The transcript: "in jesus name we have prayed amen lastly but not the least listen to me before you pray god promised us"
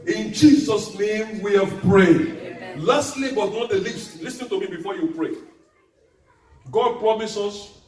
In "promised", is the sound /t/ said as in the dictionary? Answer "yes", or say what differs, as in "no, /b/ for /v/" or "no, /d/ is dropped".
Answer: no, /t/ is dropped